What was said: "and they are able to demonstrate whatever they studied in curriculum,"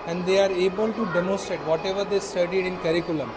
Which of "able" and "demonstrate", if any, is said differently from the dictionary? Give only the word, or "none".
none